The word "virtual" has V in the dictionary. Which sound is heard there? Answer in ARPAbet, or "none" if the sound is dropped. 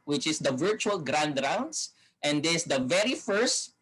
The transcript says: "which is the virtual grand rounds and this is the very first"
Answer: V